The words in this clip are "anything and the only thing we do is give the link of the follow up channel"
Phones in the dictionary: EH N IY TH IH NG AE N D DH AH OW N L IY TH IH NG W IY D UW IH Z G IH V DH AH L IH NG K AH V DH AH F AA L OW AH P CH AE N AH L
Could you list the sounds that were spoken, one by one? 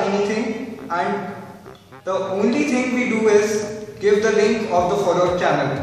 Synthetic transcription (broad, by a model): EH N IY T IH NG AE N D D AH OW N L IY T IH NG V IY D UW IH Z G IH V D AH L IH NG K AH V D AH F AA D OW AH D CH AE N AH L